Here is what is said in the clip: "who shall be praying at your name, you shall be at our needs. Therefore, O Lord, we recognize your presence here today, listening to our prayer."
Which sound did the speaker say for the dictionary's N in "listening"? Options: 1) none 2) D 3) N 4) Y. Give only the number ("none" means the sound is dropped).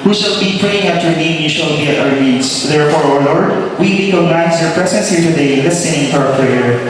1